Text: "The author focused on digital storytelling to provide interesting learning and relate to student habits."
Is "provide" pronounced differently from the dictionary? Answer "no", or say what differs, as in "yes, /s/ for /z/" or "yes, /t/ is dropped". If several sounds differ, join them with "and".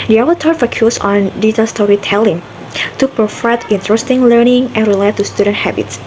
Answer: yes, /f/ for /v/